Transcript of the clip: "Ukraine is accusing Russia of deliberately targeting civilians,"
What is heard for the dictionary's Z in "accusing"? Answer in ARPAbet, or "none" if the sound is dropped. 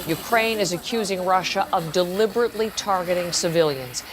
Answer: Z